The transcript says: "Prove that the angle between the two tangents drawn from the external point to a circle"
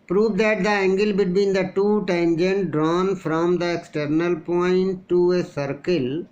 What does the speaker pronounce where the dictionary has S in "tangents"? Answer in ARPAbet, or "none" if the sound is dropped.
none